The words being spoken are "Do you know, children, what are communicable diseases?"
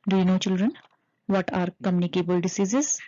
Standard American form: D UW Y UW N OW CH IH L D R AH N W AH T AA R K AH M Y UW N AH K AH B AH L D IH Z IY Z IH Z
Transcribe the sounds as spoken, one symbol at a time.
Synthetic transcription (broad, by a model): D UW Y UW N OW CH IH L D R AH N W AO T AA R K AH M Y UW N AH K AH B AH L D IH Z IY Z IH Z